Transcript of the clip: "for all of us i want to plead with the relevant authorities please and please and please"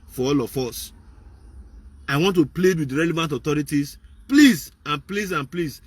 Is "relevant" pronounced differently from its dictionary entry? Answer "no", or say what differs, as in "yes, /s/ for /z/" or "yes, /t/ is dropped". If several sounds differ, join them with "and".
no